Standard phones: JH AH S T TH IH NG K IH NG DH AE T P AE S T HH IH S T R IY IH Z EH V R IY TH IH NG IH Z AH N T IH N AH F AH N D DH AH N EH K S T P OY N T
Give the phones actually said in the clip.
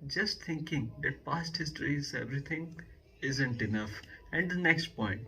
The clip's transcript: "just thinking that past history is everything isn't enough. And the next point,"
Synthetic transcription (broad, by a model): JH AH S T T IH NG K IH NG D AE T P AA S T HH IH S T R IY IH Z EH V R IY T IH NG IH Z AH N T IH N AH F AH N D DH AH N EH K S T P OY N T